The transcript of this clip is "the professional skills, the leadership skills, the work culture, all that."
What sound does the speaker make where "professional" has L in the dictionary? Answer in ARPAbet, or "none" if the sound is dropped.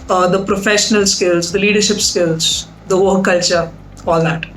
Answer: L